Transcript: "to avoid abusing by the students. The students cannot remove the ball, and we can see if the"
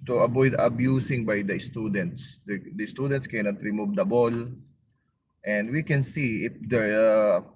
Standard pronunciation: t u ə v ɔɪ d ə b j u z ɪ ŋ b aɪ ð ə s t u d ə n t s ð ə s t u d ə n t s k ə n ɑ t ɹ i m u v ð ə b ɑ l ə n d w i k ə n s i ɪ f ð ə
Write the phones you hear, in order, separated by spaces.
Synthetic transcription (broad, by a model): t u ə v ɔɪ d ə b j u s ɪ ŋ b aɪ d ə s t u d ə n t s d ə s t u d ə n t s k ə n ɑ t ɹ i m u v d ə b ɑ l ə n d w i k ə n s i ɪ f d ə